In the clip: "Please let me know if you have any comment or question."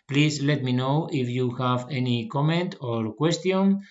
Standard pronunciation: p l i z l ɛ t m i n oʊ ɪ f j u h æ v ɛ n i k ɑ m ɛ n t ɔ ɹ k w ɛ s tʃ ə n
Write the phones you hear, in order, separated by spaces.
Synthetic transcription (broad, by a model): p l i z l ɛ t m i n oʊ ɪ f j u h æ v ɛ n i k ɑ m ɛ n t ɔ ɹ k w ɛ s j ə n